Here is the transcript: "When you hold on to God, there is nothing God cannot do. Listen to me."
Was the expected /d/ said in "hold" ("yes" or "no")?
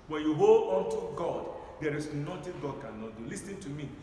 no